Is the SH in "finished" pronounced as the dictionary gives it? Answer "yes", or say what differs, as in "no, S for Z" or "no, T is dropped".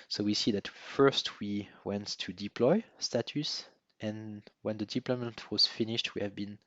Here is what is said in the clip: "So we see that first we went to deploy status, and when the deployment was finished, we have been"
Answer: yes